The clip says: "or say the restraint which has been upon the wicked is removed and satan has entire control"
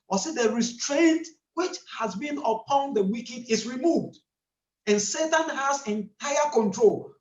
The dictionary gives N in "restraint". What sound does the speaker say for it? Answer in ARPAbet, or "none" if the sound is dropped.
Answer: N